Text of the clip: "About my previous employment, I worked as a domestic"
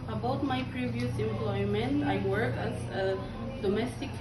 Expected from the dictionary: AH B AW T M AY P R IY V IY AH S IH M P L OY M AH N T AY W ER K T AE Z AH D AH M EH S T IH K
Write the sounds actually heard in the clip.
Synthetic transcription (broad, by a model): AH B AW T M AY P R IY V IY AH S IH M P L OY M AH N T AY W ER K AE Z AH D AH M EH S T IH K